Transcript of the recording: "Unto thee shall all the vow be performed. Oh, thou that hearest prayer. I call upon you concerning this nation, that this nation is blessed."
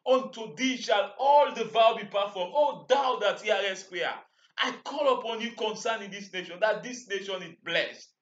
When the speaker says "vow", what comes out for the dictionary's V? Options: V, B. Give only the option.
V